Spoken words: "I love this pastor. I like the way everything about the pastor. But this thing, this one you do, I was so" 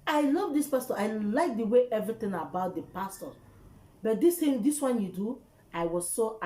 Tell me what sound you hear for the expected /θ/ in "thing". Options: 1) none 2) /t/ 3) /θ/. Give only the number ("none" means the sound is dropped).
2